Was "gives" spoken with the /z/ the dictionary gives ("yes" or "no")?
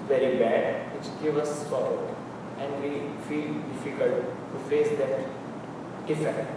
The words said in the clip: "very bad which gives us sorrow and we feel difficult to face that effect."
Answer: no